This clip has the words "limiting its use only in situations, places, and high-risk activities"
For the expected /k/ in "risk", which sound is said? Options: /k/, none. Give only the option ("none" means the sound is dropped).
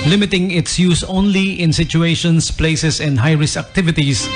none